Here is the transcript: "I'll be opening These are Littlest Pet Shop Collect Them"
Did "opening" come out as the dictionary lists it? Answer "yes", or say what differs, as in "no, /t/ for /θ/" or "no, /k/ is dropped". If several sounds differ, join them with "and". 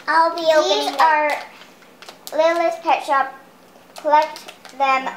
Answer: no, /p/ is dropped and /n/ is dropped